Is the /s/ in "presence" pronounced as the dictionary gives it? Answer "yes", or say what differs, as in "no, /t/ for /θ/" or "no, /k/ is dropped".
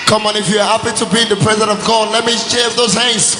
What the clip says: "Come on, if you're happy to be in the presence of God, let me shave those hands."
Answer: no, /s/ is dropped